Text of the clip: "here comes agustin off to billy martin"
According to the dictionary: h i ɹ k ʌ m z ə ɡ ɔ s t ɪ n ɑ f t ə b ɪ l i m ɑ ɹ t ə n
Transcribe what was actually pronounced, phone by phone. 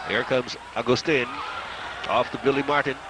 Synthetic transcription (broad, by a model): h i ɹ k ʌ m z ə ɡ ɔ s t ɪ n ɑ f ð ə b ɪ l i m ɑ ɹ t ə n